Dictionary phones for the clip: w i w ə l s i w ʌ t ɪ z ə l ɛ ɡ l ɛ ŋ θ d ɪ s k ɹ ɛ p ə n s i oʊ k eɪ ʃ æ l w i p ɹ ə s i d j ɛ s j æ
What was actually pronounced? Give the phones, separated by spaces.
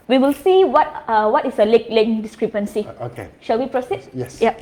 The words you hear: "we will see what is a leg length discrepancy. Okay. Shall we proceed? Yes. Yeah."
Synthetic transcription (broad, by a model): w i w ə l s i w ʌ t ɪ s ə l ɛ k l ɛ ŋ d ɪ s k ɹ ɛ p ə n s i oʊ k eɪ ʃ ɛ l w i p ɹ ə s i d j ɛ s j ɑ